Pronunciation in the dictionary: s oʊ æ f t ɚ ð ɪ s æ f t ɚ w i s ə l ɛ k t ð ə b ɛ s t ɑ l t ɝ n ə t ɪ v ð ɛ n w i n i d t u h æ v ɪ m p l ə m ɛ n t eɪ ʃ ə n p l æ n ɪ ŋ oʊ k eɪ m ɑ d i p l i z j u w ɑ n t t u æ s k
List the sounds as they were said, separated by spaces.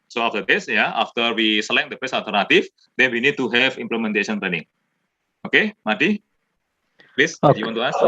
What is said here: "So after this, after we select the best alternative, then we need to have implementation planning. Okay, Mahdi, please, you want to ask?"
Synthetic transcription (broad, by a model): s oʊ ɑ f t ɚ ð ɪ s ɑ f t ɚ w i s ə l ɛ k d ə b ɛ s ɑ l t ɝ n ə t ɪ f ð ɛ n w i n i d t u h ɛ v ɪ m p l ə m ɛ n t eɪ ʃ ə n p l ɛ n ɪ ŋ oʊ k eɪ m ɑ d i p l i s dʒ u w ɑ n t t u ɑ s